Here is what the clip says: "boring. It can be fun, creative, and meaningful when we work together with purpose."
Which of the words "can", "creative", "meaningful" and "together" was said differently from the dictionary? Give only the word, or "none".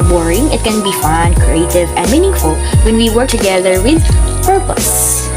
none